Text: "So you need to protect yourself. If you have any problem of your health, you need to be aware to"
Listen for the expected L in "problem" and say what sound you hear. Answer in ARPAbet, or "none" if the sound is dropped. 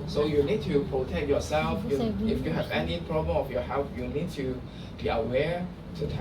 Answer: none